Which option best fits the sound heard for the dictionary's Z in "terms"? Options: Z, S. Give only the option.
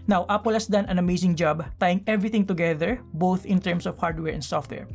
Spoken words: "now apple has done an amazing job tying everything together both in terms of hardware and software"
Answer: S